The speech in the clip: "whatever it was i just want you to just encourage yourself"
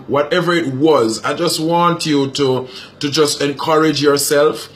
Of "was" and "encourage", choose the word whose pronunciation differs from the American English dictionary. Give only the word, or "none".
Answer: none